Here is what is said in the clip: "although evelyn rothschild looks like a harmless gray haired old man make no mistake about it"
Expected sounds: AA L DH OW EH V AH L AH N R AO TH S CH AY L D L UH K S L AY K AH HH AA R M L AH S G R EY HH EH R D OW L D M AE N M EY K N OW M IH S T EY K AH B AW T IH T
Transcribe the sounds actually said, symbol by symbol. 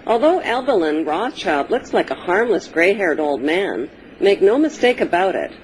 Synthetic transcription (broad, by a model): AA L DH OW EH B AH L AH N R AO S CH AY L D L UH K S L AY K AH HH AA R M L AH S G R EY HH EH R D OW L D M AE N M EY K N OW M IH S T EY K AH B AW T IH T